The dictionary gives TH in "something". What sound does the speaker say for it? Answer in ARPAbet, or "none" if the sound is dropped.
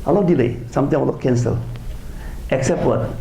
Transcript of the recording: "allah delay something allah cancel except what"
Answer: T